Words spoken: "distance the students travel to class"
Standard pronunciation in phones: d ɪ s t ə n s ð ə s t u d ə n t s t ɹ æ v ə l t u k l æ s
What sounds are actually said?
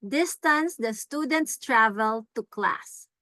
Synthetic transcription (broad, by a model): d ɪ s t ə n s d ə s t u d ə n t s t ɹ æ v ə l t u k l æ s